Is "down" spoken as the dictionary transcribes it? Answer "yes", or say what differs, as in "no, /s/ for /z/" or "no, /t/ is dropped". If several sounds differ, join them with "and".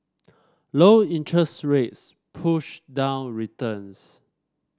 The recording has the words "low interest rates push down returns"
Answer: yes